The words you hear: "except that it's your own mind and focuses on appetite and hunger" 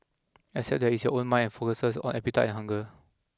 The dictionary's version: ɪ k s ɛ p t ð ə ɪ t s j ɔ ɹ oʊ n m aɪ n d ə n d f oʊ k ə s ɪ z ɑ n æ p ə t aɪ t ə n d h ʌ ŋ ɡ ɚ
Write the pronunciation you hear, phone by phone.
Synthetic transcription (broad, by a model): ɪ s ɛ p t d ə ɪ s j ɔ oʊ n m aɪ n ə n f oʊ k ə s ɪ s ɑ n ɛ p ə t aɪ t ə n h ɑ ŋ ɡ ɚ